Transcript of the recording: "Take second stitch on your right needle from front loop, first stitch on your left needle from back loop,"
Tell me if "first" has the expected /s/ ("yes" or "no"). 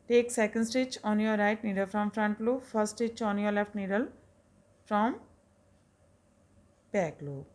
no